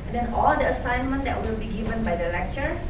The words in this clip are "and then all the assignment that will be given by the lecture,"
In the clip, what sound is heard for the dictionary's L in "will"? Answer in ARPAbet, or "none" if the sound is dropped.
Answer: L